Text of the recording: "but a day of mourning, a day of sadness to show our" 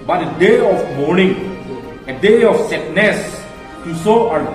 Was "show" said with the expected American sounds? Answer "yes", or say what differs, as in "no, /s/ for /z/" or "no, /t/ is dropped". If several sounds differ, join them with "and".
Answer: no, /s/ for /ʃ/